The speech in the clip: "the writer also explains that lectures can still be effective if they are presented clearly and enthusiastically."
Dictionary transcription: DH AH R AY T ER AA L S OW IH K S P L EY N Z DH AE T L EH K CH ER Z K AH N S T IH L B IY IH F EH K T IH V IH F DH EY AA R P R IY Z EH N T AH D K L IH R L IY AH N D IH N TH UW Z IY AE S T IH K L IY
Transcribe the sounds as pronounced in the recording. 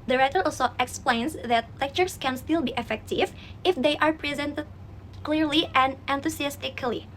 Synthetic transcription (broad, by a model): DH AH R AY T ER AA L S OW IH K S P L EY N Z DH AE T L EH K CH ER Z K AH N S T IH L B IY IH F EH K T IH V IH F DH EY AA R P R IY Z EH N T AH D K L IH R L IY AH N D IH N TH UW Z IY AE S T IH K L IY